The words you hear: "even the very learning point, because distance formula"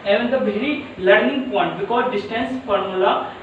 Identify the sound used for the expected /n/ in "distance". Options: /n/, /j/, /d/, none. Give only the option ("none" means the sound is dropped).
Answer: /n/